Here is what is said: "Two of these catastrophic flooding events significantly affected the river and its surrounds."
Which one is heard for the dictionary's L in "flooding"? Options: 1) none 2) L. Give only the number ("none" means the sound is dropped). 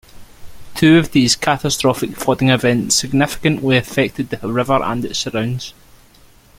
1